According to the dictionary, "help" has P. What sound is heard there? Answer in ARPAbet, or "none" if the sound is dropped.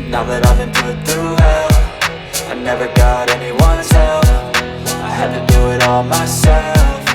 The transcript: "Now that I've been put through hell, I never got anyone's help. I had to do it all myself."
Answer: F